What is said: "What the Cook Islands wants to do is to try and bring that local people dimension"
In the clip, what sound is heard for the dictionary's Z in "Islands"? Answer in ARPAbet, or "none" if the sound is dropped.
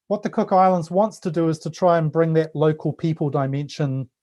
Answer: Z